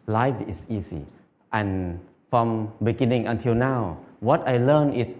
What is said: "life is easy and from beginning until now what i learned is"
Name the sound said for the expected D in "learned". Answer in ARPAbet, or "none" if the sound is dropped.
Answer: none